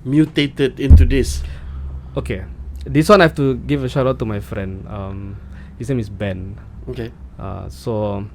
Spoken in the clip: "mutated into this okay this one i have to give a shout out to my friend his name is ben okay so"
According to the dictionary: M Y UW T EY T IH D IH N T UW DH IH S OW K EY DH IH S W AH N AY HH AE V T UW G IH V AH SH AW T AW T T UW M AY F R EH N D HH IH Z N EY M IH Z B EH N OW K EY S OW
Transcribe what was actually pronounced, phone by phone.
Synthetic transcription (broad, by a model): M Y UW T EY T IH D IH N T UW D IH S OW K EY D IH S W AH N AY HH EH F T UW G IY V AH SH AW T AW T T UW M AY F R EH N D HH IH S N EY M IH S B EH N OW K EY S OW